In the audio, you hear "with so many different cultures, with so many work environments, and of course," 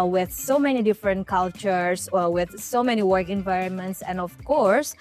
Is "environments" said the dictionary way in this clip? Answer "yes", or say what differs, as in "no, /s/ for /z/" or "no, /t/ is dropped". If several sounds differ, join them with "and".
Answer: yes